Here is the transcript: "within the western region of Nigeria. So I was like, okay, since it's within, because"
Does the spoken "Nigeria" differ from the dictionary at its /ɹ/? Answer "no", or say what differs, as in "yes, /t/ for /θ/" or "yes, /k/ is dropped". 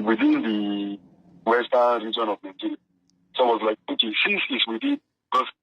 yes, /l/ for /ɹ/